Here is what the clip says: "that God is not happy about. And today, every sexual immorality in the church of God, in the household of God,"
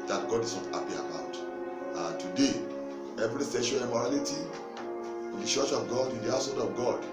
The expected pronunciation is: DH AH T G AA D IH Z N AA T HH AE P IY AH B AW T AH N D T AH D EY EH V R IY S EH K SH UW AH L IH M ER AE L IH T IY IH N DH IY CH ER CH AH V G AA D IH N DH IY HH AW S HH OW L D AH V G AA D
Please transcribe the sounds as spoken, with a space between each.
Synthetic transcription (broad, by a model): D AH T G AA D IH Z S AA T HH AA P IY AH B AW T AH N T AH D EY EH V R IY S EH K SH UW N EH M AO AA L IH T IY IH N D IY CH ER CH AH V G AA D IH N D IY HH AW S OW N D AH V G AA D